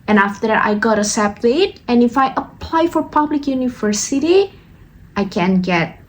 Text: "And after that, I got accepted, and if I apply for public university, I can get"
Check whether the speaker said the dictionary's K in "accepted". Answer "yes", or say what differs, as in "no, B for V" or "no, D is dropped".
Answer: no, K is dropped